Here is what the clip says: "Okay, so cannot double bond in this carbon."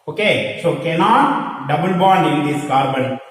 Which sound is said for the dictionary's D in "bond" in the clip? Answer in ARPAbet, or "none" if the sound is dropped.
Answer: none